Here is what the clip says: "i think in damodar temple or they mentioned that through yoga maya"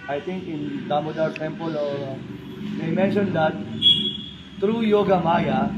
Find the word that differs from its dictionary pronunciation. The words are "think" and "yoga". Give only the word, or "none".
think